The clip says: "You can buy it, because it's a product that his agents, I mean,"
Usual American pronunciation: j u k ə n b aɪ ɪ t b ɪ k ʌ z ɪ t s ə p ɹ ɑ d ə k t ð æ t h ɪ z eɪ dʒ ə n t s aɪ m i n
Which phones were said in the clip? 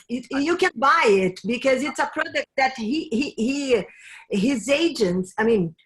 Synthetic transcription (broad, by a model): j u k ə n b aɪ ɪ t b ɪ k ʌ z ɪ t s ə p ɹ ɑ d ə k t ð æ t h ɪ z eɪ dʒ ə n t s aɪ m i n